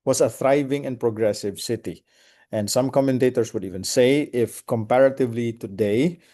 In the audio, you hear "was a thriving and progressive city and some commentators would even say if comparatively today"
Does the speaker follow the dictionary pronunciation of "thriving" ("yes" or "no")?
yes